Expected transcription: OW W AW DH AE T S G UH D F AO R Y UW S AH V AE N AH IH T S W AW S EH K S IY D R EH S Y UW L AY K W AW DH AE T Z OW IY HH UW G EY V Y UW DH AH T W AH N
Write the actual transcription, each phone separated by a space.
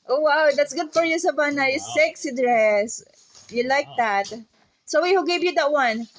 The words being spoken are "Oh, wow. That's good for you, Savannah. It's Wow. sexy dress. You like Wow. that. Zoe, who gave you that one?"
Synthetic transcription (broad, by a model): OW W AW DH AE T S G UH D F AO R Y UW S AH B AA N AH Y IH S EH K S IY D R EH S Y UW L AY K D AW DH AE T S OW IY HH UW G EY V Y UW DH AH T W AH N